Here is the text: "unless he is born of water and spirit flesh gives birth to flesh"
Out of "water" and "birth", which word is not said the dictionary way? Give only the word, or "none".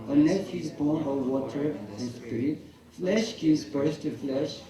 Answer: birth